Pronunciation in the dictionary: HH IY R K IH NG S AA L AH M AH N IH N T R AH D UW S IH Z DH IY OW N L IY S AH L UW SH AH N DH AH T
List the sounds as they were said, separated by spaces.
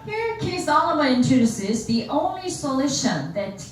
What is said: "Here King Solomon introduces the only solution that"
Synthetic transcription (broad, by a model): HH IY R K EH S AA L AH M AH IH N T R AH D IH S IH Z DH IY OW N L IY S AH L UW SH AH N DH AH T